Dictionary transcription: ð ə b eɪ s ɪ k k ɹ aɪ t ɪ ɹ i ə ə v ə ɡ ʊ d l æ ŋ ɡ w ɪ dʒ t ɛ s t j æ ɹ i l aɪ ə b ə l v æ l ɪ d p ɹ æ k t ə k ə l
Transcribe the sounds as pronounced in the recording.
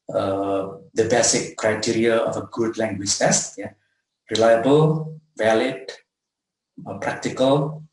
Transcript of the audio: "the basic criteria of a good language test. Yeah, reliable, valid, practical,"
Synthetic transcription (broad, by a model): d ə b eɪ s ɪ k k ɹ aɪ t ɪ ɹ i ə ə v ə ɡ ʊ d l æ ŋ ɡ w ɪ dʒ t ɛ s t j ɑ ɹ i l aɪ ə b ə l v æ l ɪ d p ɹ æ k t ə k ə l